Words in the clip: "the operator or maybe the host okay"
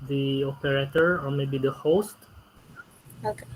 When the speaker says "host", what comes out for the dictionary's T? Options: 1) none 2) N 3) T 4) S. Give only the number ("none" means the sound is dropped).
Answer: 3